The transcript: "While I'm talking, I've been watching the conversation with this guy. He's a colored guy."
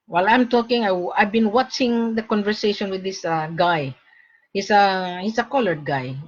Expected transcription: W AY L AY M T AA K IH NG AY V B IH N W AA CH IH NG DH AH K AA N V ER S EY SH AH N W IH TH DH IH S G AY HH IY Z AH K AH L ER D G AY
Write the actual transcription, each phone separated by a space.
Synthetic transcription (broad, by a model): W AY L AY M T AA K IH NG AY V B IH N W AA CH IH NG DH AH K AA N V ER S EY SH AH N W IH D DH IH S G AY HH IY S AH K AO L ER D G AY